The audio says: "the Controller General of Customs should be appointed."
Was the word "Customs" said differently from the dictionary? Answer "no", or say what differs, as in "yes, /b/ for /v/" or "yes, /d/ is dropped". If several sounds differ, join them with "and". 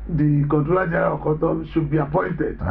yes, /s/ is dropped